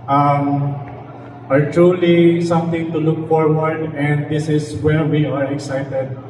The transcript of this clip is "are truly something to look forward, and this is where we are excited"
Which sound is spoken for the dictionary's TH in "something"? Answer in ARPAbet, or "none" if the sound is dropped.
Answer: T